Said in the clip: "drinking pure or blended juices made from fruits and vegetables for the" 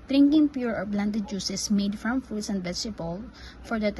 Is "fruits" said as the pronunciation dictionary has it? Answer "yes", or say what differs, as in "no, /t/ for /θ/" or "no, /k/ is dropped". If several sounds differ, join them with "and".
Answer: no, /ɹ/ is dropped